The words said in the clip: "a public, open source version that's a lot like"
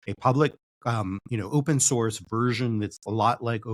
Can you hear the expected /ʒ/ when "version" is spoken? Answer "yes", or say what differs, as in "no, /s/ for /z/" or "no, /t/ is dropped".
yes